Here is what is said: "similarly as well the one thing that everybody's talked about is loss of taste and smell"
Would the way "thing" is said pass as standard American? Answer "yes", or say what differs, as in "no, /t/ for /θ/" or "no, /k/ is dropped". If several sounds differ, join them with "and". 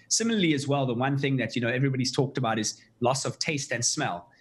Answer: yes